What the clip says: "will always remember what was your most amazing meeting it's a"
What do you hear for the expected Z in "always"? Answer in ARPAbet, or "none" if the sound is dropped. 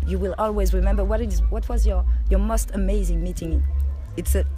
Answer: Z